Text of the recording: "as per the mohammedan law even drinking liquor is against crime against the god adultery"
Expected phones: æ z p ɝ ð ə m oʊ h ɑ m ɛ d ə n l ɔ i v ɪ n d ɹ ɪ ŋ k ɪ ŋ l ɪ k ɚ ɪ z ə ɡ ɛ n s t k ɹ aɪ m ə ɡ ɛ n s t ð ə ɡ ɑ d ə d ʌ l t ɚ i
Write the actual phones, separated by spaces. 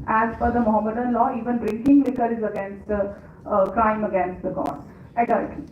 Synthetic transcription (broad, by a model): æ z f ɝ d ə m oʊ h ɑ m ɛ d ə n l ɔ i v ɪ n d ɹ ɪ ŋ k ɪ ŋ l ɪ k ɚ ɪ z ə ɡ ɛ n s t k ɹ aɪ m ə ɡ ɛ n s t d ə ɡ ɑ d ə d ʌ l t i